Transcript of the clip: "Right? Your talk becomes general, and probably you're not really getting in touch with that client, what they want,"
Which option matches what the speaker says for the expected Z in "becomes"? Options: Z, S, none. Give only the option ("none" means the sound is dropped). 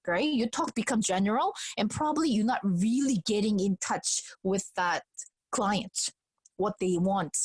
none